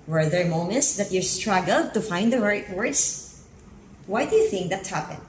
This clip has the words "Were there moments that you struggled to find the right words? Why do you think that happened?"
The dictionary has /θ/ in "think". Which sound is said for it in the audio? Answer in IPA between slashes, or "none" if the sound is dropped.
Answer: /θ/